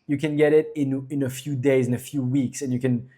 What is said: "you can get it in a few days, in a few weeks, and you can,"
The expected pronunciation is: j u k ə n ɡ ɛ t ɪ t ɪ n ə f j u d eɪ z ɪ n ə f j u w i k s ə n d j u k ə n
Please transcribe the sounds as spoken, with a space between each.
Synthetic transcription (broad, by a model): j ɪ k ə n ɡ ɛ t ɪ t ɪ n ə f j u d eɪ z ɪ n ə f j u w i k s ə n j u k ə n